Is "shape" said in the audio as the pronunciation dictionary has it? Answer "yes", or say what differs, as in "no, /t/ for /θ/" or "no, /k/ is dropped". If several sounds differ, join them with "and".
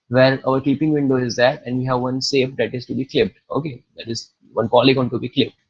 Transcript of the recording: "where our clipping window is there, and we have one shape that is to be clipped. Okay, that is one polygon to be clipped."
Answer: no, /s/ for /ʃ/